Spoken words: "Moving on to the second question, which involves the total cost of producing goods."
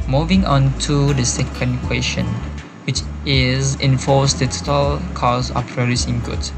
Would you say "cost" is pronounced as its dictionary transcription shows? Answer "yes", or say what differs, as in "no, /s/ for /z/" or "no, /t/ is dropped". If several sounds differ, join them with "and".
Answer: no, /t/ is dropped